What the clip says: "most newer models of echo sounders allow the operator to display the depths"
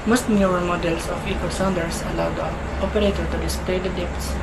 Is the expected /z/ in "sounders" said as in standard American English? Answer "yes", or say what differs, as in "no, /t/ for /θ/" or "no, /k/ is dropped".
no, /s/ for /z/